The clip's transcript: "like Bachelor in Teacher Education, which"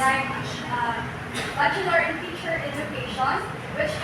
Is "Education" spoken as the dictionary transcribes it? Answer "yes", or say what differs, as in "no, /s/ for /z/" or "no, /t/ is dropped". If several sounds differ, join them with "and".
no, /z/ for /dʒ/